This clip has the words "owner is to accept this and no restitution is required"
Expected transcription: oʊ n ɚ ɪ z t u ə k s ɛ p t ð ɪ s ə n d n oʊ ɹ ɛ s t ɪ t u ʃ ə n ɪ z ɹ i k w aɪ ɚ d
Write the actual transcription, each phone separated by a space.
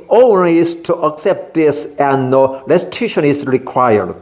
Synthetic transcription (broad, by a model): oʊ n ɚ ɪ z t u ə k s ɛ p t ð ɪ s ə n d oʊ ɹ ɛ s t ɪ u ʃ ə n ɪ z ɹ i k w aɪ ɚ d